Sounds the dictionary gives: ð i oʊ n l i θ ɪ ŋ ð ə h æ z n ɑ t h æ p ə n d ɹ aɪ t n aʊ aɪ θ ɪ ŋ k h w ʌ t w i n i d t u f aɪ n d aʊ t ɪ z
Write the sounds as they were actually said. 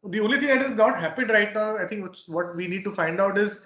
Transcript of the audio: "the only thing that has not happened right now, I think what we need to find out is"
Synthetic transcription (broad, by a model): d i oʊ n l i t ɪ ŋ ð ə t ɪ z n ɑ t h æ p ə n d ɹ aɪ t n aʊ aɪ t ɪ ŋ k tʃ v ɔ t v i n i d t u f aɪ n d aʊ t ɪ z